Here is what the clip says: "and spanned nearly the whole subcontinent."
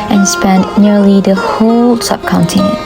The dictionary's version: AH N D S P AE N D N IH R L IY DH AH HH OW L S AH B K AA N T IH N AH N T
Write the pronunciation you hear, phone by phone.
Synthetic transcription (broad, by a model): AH N S P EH N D N IH R L IY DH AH HH OW L S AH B K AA N T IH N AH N